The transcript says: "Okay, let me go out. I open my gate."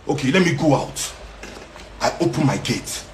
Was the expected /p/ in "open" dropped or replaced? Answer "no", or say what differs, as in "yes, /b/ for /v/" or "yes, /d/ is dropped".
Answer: no